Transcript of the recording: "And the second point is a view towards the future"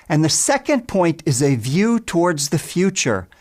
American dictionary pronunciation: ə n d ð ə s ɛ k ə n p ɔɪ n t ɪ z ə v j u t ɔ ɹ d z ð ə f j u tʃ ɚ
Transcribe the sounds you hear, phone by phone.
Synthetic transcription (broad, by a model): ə n ð ə s ɛ k ə n p ɔɪ n t ɪ z ə v j u t ɔ ɹ d z ð ə f j u tʃ ɚ